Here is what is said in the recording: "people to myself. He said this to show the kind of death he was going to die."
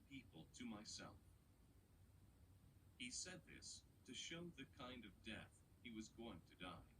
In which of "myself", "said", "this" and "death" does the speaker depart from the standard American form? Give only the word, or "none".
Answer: none